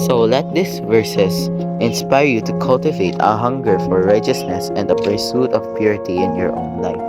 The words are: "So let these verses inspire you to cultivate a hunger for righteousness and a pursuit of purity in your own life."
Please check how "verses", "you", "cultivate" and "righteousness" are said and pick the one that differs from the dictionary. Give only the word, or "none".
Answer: verses